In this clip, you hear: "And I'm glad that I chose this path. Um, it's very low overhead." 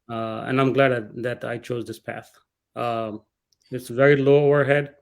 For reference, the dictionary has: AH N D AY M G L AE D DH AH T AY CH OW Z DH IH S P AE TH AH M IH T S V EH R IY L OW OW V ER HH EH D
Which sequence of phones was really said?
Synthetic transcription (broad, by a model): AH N AY M G L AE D DH AH T AY CH OW Z DH IH S P AE TH AH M IH T S V EH R IY L OW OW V ER HH EH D